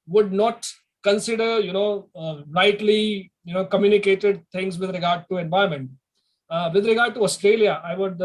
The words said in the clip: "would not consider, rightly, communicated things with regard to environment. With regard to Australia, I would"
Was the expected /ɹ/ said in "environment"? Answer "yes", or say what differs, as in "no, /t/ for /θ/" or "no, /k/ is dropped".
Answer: no, /ɹ/ is dropped